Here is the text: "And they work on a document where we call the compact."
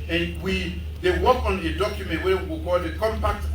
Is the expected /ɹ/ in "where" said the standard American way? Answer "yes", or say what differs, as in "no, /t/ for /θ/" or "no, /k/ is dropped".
no, /w/ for /ɹ/